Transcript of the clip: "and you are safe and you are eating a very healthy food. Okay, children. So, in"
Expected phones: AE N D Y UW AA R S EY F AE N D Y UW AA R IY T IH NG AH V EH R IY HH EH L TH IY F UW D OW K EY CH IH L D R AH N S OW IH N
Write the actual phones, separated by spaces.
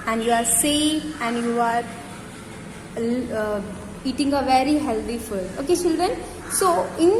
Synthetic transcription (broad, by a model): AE N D Y UW AA R S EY AE N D Y UW AA R IY T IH NG AH V EH R IY HH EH L T IY F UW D OW K EY CH IH L D R AH N S OW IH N